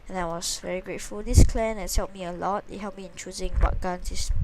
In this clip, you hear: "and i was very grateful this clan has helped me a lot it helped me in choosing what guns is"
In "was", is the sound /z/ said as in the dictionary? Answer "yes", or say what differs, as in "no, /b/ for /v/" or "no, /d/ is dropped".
no, /s/ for /z/